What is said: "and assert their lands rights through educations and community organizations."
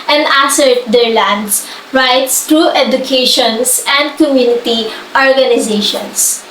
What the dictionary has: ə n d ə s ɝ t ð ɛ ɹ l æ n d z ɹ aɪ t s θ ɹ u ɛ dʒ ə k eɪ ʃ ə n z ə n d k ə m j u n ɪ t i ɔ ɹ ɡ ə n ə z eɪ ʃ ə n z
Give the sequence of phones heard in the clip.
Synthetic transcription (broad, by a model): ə n d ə s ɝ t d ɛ ɹ l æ n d s ɹ aɪ t s t ɹ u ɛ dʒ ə k eɪ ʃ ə n s ə n d k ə m j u n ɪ t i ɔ ɹ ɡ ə n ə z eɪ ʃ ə n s